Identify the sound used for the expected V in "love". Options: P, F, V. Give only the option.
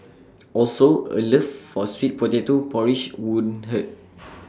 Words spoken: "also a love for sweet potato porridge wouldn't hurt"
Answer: F